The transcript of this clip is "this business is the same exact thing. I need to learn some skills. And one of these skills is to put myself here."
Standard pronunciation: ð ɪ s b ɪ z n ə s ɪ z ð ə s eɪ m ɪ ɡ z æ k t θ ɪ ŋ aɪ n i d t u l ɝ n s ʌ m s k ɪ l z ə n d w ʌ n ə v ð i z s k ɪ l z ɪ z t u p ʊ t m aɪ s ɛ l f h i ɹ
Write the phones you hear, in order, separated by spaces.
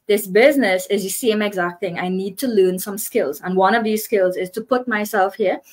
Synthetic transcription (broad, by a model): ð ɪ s b ɪ z n ə s ɪ z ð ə s eɪ m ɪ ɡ z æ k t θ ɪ ŋ aɪ n i d t u l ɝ n s ʌ m s k ɪ l z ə n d w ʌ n ə v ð i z s k ɪ l z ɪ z t u p ʊ t m aɪ s ɛ l f h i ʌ